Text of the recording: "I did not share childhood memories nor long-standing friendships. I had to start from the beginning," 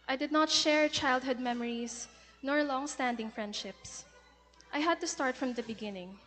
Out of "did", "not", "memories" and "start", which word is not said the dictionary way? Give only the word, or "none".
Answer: memories